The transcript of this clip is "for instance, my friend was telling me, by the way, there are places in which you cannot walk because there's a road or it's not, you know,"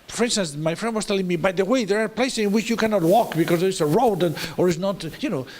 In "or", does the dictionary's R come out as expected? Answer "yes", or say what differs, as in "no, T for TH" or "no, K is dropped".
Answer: yes